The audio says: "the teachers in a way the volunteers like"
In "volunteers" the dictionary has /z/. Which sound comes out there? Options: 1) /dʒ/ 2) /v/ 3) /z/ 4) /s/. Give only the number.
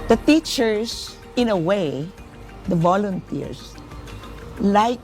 4